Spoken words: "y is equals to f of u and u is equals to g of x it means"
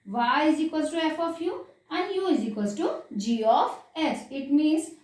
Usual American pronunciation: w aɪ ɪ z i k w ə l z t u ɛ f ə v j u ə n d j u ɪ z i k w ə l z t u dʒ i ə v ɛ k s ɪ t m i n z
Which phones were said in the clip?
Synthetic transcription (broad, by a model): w aɪ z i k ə z t u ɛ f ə f j u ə n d j u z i k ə z t u dʒ i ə f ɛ s ɪ t m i n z